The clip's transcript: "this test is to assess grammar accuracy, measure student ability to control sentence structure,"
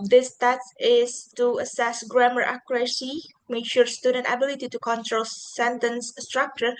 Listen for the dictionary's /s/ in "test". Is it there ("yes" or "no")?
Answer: no